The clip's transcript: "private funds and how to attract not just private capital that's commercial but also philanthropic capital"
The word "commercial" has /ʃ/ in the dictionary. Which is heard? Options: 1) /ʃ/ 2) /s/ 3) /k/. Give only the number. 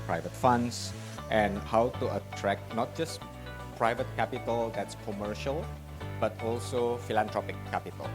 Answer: 1